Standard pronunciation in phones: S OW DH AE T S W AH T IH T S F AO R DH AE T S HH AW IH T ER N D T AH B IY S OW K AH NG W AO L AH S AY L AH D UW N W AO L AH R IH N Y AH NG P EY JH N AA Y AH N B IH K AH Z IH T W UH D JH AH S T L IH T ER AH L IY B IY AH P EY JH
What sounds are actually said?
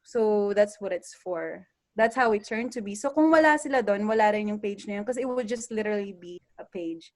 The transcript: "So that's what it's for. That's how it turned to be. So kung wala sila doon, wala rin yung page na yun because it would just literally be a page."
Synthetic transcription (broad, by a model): S OW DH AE T S W AH T IH T S F AO R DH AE T S HH AW IH T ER N T AH B IY S OW K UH NG W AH L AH S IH L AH D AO N W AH L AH R IH N Y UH NG P EY JH N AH Y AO N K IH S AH IH T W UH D JH AH S T L IH T ER AH L IY B IY AH P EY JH